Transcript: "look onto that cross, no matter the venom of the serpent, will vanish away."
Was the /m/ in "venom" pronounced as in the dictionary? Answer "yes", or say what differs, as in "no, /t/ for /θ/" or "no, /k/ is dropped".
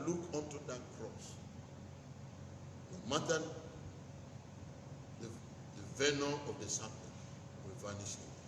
no, /m/ is dropped